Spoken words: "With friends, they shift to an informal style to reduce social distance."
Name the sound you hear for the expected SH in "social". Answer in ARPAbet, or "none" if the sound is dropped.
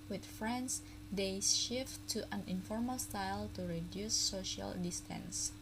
SH